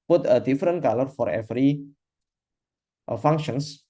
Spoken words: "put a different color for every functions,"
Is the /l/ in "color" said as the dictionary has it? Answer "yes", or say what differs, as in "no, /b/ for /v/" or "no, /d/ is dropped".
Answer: yes